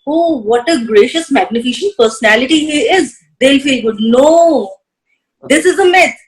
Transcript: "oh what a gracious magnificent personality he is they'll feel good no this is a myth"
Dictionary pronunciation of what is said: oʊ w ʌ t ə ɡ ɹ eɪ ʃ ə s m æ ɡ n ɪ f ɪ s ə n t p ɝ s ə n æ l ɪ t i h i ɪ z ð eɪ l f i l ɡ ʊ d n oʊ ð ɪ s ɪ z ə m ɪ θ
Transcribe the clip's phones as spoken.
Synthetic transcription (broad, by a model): oʊ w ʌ t ə ɡ ɹ eɪ ʃ ə s m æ ɡ n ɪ f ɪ ʃ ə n p ɝ s ə n æ l ɪ t i h i ɪ z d eɪ l f i l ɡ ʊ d n oʊ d ɪ s ɪ z ə m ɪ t